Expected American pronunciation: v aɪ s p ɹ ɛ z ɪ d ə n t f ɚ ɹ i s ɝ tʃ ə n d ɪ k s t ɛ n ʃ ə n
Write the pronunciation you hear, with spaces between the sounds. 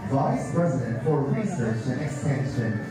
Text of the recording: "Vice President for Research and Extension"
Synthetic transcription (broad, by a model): v aɪ s p ɹ ɛ z ɪ d ə n t f ɚ ɹ i s ɝ tʃ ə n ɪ k s t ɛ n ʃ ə n